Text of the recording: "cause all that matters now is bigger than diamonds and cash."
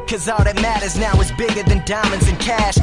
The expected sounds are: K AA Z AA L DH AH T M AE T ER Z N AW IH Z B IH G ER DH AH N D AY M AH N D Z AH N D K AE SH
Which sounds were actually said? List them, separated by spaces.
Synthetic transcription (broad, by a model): K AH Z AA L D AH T M AE T ER Z N AW IH Z B IH G ER DH AH N D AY M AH N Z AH N K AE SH